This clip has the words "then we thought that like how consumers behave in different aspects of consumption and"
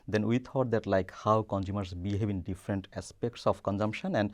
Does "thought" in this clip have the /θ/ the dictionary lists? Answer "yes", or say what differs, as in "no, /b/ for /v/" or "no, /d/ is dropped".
no, /t/ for /θ/